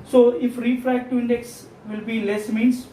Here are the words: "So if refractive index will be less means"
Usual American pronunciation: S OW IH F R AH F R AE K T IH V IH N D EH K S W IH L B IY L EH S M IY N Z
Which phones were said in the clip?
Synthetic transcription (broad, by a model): S OW IH F R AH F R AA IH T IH IH N D EH K S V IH L B IY L EH S M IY N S